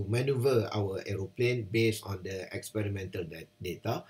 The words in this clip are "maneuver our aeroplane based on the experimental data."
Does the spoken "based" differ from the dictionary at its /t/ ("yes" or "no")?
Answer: yes